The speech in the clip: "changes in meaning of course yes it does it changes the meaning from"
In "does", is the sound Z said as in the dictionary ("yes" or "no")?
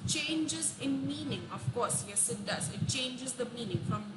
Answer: no